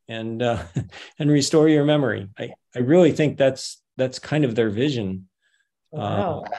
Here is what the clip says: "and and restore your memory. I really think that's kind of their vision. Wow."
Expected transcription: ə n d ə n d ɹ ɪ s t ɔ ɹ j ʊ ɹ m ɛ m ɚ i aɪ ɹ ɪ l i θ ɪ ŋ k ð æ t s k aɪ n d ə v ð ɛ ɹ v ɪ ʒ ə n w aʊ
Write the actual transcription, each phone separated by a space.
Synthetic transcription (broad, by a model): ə n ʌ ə n ɹ ɪ s t ɔ ɹ j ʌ ɹ m ɛ m ɚ i aɪ ɹ ɪ l i θ ɪ ŋ k ð æ t s k aɪ n d ə v ð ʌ ɹ v ɪ ʒ ə n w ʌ